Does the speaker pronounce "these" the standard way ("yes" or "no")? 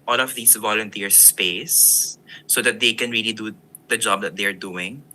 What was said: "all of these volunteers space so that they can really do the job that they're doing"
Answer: no